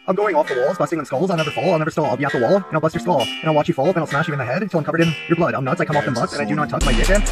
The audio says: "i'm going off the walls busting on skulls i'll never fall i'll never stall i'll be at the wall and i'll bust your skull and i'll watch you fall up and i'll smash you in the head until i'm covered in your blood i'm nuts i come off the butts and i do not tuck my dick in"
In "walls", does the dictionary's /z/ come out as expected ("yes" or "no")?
yes